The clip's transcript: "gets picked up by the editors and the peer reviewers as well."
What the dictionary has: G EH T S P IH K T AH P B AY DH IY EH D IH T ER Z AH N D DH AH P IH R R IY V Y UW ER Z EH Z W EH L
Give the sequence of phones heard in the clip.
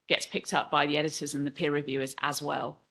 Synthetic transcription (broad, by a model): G EH T S P IH K T AH P B AY DH IY EH D IH T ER Z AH N DH AH P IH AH R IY V Y UW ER Z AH Z W EH L